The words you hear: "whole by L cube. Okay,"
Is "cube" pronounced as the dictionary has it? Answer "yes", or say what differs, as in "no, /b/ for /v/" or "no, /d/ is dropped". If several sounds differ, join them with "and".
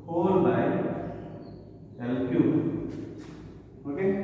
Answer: no, /b/ is dropped